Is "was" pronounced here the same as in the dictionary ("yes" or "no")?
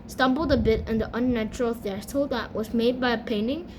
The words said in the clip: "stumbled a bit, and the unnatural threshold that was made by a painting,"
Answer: yes